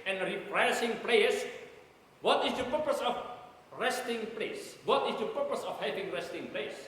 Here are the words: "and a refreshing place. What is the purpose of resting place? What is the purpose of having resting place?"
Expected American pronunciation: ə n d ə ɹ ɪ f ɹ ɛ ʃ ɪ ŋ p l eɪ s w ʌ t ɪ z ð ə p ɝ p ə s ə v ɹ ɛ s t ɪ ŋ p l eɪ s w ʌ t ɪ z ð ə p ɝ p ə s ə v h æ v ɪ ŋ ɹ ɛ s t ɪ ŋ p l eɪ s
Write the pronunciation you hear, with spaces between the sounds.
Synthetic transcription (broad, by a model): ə n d ɹ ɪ p ɹ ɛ s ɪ ŋ p l eɪ s w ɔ t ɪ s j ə p ɝ p ə s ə f ɹ ɛ s t ɪ ŋ p l eɪ s w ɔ t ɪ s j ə p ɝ p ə s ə f h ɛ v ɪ ŋ ɹ ɛ s t ɪ ŋ p l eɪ s